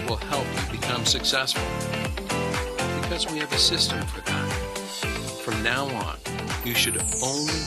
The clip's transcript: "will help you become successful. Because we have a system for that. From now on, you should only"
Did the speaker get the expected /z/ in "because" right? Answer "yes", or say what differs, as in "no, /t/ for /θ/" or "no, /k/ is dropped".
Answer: yes